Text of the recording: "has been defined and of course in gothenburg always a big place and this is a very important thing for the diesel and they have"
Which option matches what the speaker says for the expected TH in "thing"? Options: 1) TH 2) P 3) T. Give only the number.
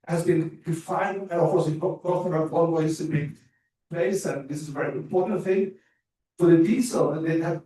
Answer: 1